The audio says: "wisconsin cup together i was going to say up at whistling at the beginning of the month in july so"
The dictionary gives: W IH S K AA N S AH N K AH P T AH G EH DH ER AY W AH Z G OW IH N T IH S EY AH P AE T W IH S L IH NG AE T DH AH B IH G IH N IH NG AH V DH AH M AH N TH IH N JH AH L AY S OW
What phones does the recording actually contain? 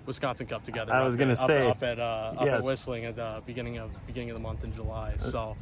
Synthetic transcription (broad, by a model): W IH S K AA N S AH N K AH P T AH G EH DH ER AY W AH Z G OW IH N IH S EY AH P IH T W IH S L IH NG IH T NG AH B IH G IH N IH NG AH V DH AH M AH N TH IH N JH AH L AY S OW